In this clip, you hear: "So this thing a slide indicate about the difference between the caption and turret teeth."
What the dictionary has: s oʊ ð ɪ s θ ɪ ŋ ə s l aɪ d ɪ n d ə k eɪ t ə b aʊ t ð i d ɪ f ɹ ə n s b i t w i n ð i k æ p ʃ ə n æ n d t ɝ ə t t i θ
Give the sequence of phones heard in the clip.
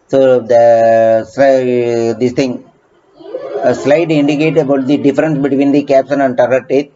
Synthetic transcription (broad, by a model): s oʊ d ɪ s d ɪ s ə s l aɪ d ɪ n d ə k eɪ t ə b aʊ t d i d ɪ f ɹ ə n s b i t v i n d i k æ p s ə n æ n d t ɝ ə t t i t